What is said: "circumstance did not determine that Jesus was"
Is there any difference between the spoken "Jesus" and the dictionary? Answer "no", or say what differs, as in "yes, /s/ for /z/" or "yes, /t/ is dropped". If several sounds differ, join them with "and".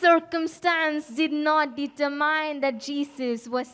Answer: yes, /s/ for /z/